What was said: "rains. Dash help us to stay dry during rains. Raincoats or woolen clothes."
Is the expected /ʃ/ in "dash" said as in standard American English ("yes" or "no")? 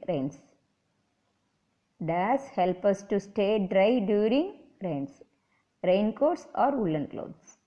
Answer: no